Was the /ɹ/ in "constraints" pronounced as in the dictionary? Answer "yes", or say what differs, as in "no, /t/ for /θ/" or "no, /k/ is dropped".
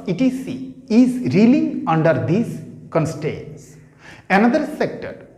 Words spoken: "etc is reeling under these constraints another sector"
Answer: no, /ɹ/ is dropped